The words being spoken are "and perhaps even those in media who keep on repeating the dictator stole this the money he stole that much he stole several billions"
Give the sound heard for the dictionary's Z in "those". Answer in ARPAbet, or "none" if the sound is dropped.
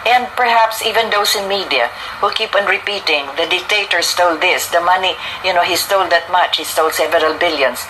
S